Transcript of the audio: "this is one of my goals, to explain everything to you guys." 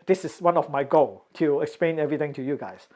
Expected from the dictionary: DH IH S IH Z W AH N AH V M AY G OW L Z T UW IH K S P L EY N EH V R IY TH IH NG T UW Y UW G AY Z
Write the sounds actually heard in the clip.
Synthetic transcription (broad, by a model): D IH S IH S W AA N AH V M AY G OW L T UW IH K S P L EY N EH V R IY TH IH NG T UW Y UW G AY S